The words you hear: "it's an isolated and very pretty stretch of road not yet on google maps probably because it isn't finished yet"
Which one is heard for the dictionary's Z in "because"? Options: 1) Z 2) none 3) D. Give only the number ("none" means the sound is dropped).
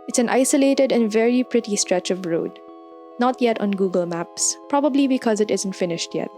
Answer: 1